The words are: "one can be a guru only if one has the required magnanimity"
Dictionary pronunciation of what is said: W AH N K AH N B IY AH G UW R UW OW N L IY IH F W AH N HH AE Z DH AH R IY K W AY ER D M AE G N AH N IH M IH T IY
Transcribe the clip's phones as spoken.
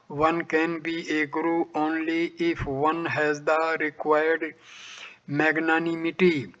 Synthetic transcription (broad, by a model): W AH N K AH N B IY AH G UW R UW OW N L IY IH F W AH N HH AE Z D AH R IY K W AY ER D M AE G N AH N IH M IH T IY